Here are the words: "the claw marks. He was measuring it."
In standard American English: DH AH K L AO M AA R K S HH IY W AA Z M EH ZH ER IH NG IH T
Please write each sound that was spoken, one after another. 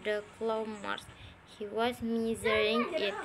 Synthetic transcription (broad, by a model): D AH K L AO M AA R S HH IY W AA Z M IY Z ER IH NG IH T